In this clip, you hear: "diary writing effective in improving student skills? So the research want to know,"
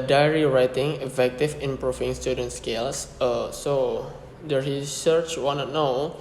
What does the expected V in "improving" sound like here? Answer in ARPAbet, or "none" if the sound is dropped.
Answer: F